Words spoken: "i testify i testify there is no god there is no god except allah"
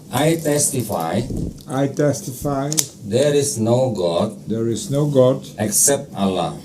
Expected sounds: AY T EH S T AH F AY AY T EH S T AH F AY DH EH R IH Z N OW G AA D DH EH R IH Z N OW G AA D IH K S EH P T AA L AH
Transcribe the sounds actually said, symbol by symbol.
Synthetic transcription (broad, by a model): AY T EH S T AH F AY AY T EH S T AH F AY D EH R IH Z N OW G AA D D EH R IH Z N OW G AA D IH K S EH P T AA L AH